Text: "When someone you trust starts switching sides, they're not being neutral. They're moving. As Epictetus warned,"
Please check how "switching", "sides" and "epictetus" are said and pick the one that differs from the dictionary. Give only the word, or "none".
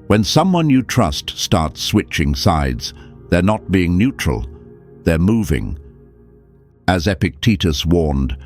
none